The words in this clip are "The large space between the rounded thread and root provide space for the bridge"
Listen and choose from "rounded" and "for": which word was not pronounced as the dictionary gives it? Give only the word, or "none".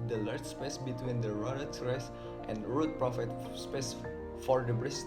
rounded